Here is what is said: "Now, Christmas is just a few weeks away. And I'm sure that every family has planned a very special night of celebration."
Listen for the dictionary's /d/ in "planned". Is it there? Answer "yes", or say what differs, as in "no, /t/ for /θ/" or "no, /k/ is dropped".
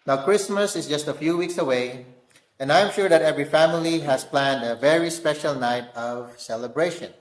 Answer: yes